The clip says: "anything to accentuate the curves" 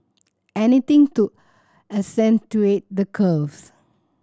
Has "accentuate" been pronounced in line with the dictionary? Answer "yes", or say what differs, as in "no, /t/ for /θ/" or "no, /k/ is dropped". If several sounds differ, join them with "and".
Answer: no, /k/ is dropped